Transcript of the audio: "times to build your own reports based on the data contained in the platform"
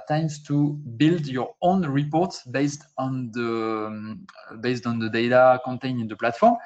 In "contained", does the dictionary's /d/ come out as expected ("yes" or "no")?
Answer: no